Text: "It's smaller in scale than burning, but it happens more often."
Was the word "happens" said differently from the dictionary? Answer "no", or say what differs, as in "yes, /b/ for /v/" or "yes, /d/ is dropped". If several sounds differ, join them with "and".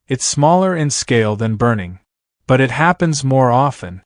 no